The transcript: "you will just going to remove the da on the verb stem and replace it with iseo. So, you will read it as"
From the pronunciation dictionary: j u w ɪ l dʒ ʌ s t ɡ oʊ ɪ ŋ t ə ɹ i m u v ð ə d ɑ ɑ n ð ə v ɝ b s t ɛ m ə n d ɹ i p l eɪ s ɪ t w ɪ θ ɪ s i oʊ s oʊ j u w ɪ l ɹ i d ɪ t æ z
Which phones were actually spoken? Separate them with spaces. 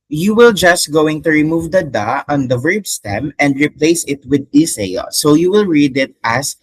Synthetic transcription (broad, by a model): j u w ɪ l dʒ ʌ s t ɡ oʊ ɪ ŋ t ə ɹ i m u v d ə d ɑ ɑ n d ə v ɝ b s t ɛ m ə n d ɹ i p l eɪ s ɪ t w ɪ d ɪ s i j s oʊ j u w ɪ l ɹ i d ɪ t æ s